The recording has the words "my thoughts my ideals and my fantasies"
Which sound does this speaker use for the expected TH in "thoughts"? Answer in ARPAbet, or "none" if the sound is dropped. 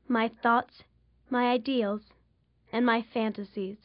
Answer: TH